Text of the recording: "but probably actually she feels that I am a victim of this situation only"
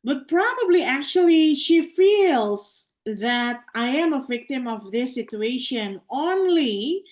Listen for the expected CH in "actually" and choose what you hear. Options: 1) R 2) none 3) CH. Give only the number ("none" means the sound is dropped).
3